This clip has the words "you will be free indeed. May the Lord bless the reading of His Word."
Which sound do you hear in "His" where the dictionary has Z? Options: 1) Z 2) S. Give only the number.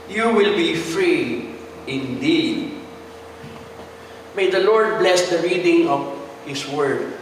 2